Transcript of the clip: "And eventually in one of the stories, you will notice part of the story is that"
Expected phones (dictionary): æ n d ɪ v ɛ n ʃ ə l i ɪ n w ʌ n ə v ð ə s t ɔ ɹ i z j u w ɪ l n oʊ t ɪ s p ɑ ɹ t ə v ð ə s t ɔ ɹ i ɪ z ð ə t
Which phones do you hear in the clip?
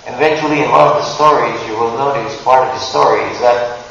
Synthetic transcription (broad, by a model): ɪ v ɛ n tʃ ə l i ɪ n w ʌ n ə v ð ə s t ɔ ɹ i z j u w ɪ l n oʊ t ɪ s p ɑ ɹ t ə v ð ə s t ɔ ɹ i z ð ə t